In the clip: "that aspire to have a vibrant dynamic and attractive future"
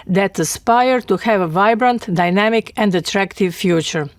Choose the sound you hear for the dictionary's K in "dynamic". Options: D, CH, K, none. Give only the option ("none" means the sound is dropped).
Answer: K